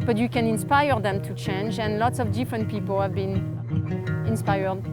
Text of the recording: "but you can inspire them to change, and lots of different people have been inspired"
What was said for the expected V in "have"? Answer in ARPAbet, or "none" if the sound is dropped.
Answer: V